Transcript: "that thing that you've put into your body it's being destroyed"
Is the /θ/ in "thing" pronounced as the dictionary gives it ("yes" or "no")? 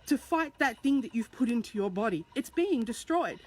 yes